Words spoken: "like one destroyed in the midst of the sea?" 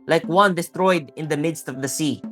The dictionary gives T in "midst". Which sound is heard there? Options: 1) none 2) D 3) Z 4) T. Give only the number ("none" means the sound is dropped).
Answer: 4